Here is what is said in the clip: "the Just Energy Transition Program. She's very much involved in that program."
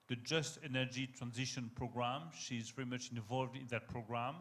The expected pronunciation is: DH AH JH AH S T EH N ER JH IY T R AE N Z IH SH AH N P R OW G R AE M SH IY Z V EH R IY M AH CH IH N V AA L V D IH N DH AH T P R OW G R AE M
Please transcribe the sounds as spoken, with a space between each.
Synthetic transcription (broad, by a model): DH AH JH AH S T EH N ER JH IY T R AE N Z IH SH AH N P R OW G R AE M SH IY Z V EH R IY M AH CH IH N V AA L V D IH N DH AH T P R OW G R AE M